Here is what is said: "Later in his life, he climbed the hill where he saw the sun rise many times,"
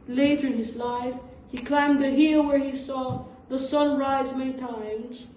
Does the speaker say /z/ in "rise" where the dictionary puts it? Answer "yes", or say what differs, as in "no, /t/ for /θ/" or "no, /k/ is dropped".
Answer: yes